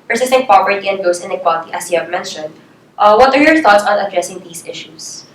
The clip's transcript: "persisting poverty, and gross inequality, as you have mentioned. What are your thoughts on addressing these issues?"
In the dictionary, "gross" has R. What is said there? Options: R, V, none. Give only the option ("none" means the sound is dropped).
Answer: none